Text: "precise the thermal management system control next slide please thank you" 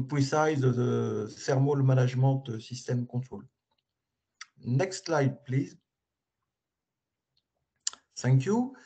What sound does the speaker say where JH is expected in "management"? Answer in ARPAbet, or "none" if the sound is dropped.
ZH